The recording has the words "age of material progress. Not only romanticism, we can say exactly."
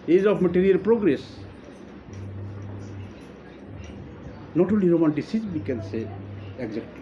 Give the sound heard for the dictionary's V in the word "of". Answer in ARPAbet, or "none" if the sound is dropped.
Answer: P